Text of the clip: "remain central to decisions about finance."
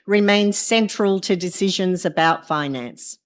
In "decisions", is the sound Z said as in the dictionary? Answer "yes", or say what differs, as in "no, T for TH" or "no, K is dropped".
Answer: yes